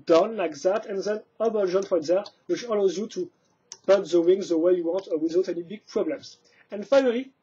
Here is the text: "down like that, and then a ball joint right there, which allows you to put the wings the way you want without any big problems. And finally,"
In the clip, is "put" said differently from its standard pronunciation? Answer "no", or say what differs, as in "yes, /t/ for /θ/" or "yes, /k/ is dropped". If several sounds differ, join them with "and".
yes, /b/ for /p/